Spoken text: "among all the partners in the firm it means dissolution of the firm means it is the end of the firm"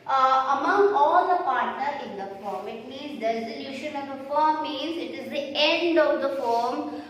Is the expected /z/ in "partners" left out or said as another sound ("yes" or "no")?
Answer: yes